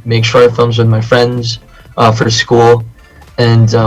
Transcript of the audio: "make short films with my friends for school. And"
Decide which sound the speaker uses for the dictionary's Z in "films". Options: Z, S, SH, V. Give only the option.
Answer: Z